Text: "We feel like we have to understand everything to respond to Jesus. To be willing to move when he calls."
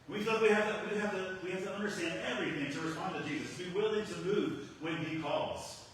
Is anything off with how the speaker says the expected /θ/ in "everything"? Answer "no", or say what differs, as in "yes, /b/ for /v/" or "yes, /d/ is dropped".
no